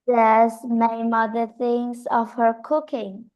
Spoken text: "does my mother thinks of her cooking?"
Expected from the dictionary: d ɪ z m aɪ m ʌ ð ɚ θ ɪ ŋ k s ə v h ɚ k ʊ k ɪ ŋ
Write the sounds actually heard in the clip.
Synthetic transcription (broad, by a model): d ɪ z m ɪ m ʌ ð ɚ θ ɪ ŋ s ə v h ɚ k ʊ k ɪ ŋ